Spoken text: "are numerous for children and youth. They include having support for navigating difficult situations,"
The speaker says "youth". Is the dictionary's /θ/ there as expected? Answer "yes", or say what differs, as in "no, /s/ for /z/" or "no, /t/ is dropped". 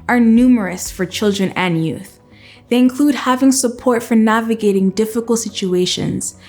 yes